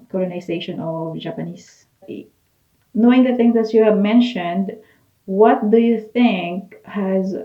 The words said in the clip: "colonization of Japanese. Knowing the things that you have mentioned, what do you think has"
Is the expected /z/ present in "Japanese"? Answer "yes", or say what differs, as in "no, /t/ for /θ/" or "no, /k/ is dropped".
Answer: no, /s/ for /z/